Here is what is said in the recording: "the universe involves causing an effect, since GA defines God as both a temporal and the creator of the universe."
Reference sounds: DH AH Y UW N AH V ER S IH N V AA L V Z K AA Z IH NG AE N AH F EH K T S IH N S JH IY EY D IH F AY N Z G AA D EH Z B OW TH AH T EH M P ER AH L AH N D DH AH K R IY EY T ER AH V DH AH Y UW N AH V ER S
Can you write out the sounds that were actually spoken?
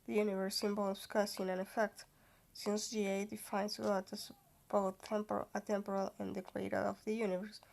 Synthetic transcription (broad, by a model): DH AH Y UW N AH V ER S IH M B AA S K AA S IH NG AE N AH F EH K T S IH N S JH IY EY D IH F AY N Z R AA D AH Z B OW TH AH T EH M P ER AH L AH N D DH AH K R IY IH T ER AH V DH AH Y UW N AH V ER S